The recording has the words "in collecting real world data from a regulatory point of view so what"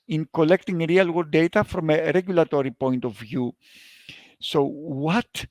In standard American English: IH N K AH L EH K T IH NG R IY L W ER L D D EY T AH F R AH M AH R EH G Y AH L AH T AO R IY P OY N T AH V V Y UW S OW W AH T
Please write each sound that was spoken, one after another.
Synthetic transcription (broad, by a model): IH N K AH L EH K T IH NG R IY L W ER D D EY T AH F R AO M AH R EH G Y AH L AH T AO R IY P OY N T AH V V Y UW S OW W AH T